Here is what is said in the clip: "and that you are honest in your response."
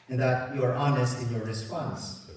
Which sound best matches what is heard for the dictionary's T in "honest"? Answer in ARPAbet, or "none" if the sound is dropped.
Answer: T